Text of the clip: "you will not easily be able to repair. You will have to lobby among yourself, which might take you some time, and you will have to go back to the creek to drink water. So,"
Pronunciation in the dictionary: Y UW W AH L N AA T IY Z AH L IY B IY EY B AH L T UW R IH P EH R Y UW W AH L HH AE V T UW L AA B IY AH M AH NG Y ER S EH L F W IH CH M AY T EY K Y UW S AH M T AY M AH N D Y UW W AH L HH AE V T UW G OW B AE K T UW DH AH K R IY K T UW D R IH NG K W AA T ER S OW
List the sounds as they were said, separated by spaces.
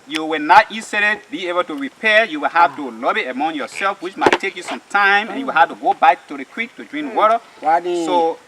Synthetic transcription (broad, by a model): Y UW W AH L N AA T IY S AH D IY B IY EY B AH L T UW R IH P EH Y UW W AH L HH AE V T UW L AA B IY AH M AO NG Y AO S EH L F W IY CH M AY T EY K Y UW S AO M T AY M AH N Y UW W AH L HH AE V T UW G OW B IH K T UW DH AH K W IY K T UW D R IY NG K W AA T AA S OW